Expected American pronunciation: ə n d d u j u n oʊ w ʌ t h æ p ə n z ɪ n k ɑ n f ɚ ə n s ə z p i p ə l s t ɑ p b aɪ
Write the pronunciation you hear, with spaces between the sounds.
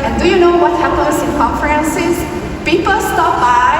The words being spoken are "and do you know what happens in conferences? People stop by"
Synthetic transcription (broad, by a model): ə n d d u j u n oʊ w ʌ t h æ p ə n s ɪ n k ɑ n f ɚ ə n s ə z p i p ə l s t ɑ p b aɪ